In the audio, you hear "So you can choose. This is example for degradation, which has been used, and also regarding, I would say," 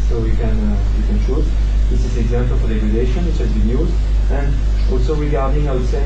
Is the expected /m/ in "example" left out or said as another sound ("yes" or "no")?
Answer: no